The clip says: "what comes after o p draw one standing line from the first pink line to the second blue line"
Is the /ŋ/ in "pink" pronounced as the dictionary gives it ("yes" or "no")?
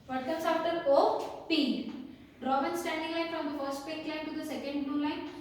no